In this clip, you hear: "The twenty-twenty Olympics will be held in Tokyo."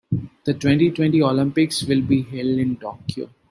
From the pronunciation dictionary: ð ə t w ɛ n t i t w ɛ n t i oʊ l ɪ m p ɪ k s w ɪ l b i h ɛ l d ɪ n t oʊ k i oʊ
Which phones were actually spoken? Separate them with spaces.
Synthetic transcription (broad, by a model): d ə t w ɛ n t i t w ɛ n t i oʊ l ɪ m p ɪ k s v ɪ l b i h ɛ l d ɪ n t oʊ k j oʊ